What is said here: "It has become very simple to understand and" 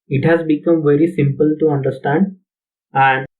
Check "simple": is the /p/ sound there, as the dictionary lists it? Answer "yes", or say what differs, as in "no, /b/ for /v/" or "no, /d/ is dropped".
yes